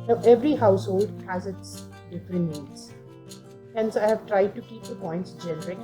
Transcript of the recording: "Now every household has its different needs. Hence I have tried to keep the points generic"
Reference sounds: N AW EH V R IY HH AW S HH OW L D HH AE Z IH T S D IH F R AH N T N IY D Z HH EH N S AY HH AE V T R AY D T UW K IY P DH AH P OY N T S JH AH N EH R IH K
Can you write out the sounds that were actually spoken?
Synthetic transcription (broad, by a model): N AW EH V R IY HH AW S HH OW L D HH AE Z IH T S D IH F R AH N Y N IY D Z HH EH N S AY HH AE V T R AY D T UW K IY P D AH P OY N T S JH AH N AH R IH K